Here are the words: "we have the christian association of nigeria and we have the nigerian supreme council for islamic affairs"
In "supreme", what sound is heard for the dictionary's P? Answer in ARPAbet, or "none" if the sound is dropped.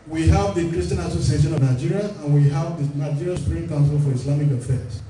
none